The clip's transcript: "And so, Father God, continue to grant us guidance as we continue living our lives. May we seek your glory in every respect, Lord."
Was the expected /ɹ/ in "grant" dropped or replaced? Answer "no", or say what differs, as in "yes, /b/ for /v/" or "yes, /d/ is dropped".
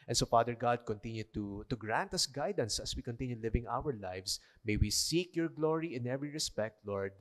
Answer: no